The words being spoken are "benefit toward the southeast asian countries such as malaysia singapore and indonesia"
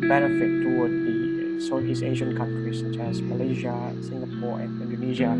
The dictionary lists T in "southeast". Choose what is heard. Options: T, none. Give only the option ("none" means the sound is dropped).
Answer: none